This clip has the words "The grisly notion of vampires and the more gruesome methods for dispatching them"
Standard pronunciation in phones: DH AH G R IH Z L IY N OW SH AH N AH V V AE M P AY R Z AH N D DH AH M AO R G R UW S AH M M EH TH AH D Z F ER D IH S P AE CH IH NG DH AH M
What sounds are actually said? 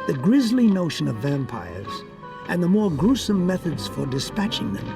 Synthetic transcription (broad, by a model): DH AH G R IH Z L IY N OW SH AH N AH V V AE M P AY R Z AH N DH AH M AO R G R UW S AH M M EH TH AH D Z F ER D IH S P AE CH IH NG DH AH M